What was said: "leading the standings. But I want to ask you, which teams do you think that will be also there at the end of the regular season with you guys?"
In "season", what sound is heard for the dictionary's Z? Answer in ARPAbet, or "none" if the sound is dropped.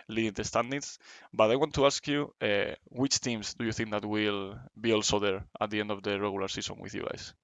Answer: S